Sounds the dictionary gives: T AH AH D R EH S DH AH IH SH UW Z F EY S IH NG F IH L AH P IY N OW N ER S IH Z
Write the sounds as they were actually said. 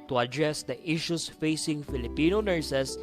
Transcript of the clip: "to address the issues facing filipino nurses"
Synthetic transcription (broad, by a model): T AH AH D R EH S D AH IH SH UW S F EY S IH NG F IH L AH P IY N OW N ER S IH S